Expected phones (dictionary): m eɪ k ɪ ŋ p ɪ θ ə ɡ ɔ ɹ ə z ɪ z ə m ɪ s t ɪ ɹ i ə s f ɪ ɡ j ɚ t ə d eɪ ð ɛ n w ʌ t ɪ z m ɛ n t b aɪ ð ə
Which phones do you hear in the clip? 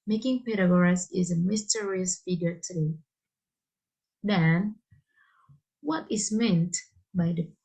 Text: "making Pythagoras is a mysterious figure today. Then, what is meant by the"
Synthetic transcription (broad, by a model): m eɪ k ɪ ŋ p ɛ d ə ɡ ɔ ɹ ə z ɪ z ə m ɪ s t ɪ ɹ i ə s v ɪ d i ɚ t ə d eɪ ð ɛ n w ʌ t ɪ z m ɛ n t b aɪ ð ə